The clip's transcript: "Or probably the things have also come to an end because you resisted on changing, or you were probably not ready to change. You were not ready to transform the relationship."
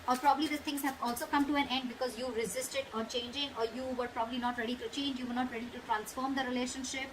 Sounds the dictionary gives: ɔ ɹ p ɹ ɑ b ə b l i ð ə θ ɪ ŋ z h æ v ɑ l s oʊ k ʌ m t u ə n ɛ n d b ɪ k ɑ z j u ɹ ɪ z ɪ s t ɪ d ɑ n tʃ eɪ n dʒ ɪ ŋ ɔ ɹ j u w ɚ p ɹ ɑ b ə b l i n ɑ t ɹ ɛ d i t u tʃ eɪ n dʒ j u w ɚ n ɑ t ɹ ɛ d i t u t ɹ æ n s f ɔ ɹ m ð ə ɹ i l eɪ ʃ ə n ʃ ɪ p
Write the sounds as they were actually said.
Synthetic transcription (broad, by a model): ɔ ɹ p ɹ ɑ b ə b l i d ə t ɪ ŋ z h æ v ɑ l s oʊ k ʌ m t u ə n ɛ n d b ɪ k ɑ z j u ɹ ɪ z ɪ s t ɪ d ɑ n tʃ eɪ n dʒ ɪ ŋ ɔ ɹ j u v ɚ p ɹ ɑ b ə b l i n ɑ t ɹ ɛ d i t u tʃ eɪ n dʒ j u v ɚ n ɑ t ɹ ɛ d i t u t ɹ æ n s f ɔ ɹ m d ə ɹ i l eɪ ʃ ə n ʃ ɪ p